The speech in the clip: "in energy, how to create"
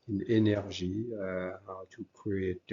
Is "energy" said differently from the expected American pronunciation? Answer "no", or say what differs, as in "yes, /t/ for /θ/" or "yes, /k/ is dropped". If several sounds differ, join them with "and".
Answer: yes, /ʒ/ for /dʒ/